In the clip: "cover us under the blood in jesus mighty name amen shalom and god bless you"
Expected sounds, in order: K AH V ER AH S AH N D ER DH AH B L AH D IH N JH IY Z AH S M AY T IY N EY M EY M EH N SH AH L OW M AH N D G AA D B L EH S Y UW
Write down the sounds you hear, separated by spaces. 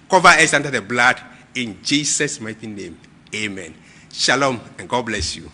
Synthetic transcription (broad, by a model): K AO V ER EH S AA N D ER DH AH B L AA D IH N JH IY S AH S M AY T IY N EY M EY M EH N SH AH L OW M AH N G AA D B L EH S Y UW